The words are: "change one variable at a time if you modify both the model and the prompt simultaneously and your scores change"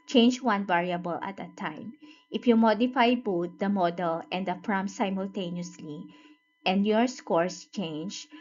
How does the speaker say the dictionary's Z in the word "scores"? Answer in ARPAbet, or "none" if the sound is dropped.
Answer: S